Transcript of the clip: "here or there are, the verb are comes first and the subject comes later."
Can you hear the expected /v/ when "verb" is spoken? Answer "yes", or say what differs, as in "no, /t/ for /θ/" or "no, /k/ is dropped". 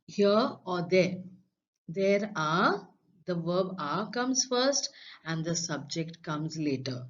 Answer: yes